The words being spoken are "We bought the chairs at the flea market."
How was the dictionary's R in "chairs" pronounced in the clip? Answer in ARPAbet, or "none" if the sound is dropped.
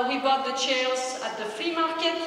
L